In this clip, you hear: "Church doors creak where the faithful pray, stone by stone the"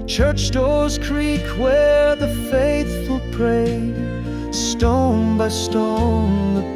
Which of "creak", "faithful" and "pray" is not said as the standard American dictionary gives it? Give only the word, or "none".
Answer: none